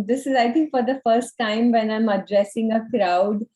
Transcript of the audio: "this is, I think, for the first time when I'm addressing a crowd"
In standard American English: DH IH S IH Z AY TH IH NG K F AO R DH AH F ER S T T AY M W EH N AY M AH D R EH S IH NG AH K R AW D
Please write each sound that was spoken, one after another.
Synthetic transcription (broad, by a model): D IH S IH Z AY T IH NG K F AO R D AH F ER S T T AY M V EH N AY M AH D R EH S IH NG AH K R AW D